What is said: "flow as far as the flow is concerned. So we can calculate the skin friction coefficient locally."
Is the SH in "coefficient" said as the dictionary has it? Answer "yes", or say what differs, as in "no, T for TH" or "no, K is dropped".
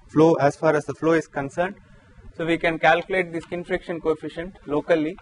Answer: yes